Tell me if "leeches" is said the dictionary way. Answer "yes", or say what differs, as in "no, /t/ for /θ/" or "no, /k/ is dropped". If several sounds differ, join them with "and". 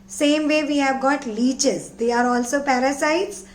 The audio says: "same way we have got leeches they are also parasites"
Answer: yes